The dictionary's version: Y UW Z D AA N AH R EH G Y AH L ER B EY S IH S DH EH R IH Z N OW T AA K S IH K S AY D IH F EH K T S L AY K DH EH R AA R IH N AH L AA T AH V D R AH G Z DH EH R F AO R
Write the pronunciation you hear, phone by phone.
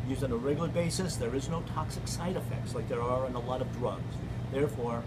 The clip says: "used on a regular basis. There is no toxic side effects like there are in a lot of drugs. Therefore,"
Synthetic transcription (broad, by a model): Y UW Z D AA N AH R EH G Y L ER B EY S IH S DH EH R IH Z N OW T AA K S IH K S AY D IH F EH K T S L AY K DH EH R AA R IH N AH L AA T AH V D R AH G Z DH EH R F AO R